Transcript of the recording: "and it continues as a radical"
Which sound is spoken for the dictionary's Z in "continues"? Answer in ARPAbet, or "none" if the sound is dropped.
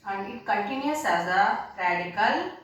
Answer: S